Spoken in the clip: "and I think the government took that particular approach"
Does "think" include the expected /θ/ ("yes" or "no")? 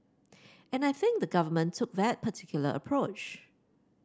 yes